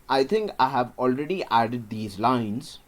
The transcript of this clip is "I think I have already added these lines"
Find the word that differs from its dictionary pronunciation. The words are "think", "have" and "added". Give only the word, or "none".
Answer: think